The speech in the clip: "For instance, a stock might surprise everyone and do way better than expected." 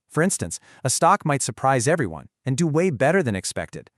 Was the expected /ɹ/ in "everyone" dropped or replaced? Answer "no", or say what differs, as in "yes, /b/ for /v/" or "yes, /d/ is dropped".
no